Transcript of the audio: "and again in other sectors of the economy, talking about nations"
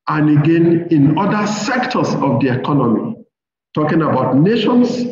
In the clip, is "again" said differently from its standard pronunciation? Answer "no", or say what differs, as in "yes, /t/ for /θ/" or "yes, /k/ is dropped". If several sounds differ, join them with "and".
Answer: no